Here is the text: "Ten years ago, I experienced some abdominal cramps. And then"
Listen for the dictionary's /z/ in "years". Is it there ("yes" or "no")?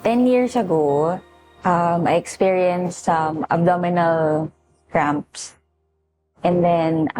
no